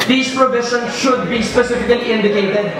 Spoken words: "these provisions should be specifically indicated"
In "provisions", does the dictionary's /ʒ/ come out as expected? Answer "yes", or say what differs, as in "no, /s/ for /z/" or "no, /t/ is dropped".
no, /ʃ/ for /ʒ/